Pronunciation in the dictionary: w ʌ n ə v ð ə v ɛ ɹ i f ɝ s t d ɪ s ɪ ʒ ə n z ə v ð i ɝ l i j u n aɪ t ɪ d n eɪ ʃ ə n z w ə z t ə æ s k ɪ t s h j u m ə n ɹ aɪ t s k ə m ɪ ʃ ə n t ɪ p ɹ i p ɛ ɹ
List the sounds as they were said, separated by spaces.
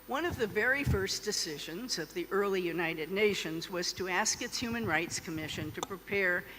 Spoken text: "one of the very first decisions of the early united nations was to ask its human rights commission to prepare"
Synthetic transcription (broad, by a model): w ʌ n ə v ð ə v ɛ ɹ i f ɝ s d ɪ s ɪ ʒ ə n z ə v ð i ɝ l i j u n aɪ t ɪ d n eɪ ʃ ə n z w ə z t ə æ s k ɪ t s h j u m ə n ɹ aɪ t s k ə m ɪ ʃ ə n t ɪ p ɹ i p ɛ ɹ